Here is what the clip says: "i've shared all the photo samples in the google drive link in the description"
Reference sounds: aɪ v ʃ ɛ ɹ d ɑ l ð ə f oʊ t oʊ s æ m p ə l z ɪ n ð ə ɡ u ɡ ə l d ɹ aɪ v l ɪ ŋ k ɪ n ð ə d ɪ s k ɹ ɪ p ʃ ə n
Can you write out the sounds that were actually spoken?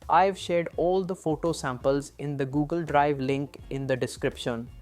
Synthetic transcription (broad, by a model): aɪ v ʃ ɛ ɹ d ɑ l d ə f oʊ t oʊ s æ m p ə l z ɪ n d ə ɡ u ɡ ə l d ɹ aɪ v l ɪ ŋ k ɪ n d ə d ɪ s k ɹ ɪ p ʃ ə n